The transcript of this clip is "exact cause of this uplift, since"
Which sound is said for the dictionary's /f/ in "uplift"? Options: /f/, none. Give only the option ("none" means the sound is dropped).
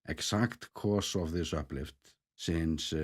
/f/